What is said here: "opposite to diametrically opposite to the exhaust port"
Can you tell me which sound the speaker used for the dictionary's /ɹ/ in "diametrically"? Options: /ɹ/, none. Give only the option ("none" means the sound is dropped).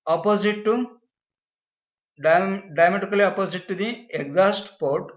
none